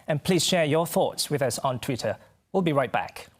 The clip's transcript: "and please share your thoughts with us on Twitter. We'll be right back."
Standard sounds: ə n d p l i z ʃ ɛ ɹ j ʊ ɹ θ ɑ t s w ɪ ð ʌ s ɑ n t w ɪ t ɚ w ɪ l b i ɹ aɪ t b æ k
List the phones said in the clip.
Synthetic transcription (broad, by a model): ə n p l i z ʃ ɛ ɹ j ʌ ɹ θ ɑ t s w ɪ ð ʌ s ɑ n t w ɪ t ɚ w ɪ l b i ɹ aɪ t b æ k